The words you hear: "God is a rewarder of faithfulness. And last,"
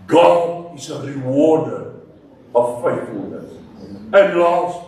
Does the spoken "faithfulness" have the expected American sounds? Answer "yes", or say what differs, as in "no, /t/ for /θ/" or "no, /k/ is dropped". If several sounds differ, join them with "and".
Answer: yes